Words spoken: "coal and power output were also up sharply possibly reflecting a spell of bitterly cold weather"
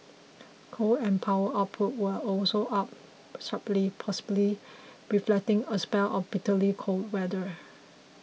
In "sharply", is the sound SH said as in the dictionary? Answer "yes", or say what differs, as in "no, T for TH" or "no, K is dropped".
no, S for SH